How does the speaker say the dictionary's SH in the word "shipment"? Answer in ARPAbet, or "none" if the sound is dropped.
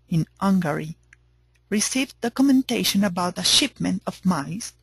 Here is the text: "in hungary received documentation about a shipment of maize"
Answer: SH